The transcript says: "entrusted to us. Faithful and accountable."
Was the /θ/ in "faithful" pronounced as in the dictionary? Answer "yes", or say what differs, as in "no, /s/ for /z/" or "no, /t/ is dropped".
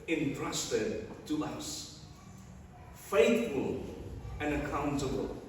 yes